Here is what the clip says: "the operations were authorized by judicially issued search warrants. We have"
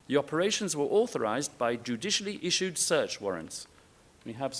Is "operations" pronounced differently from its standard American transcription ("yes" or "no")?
no